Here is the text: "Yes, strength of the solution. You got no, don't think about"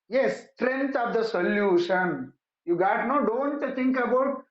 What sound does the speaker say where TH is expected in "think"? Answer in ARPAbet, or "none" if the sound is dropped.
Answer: T